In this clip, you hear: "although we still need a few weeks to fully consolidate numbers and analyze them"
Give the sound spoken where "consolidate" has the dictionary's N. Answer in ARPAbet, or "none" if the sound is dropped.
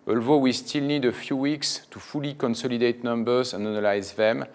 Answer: N